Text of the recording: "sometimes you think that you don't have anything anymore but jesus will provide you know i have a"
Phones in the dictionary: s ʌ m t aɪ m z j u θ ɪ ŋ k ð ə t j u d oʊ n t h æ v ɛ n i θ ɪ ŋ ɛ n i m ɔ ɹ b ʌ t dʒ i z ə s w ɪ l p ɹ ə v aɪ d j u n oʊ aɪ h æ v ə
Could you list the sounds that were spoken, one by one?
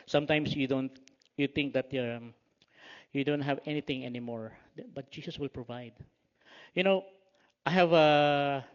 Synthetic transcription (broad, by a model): s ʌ m t aɪ m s j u t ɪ ŋ k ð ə t j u d oʊ n t h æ v ɛ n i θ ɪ ŋ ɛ n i m ɔ ɹ b ʌ t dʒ i s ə s w ɪ l p ɹ ə v aɪ d j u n oʊ aɪ h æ v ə